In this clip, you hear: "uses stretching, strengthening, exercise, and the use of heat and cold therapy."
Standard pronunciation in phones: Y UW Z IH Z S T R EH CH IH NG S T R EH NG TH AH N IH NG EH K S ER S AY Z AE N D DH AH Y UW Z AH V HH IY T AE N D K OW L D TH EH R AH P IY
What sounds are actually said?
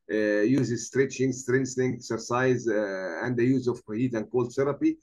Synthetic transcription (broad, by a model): Y UW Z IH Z S T R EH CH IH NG S T R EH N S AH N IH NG EH K S ER S AY Z AE N D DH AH Y UW Z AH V HH IY T AE N D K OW L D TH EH R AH P IY